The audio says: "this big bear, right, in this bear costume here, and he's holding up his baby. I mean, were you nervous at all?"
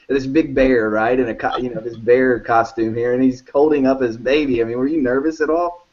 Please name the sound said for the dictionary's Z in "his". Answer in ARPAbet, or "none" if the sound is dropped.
Z